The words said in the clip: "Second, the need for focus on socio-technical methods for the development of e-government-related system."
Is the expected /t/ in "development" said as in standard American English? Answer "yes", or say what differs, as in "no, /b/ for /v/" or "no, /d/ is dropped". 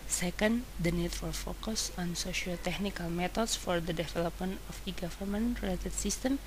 no, /t/ is dropped